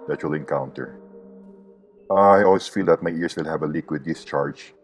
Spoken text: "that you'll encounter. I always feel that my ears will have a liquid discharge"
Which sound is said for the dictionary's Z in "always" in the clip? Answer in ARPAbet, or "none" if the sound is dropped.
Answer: S